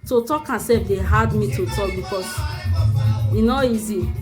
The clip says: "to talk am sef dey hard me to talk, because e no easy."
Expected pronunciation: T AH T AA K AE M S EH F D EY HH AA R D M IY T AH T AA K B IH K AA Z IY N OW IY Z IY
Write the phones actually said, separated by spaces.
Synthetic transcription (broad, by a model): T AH T AA K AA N S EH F D EY HH AA D M IY T AH T AA K B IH K AA S IY N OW IY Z IY